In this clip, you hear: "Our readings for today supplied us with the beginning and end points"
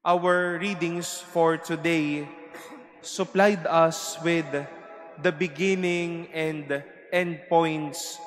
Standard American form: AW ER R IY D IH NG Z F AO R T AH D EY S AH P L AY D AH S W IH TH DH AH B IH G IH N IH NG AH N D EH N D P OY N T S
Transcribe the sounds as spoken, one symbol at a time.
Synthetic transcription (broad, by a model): AW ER R IY D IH NG S F AO R T AH D EY S AH P L AY D AH S W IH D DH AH B IH G IH N IH NG AH N D EH N D P OY N T S